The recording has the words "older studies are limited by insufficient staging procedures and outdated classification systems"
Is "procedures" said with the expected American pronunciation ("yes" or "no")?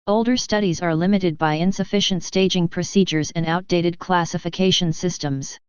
yes